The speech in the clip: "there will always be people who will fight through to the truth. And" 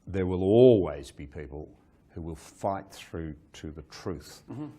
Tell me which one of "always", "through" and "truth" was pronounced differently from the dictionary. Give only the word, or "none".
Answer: none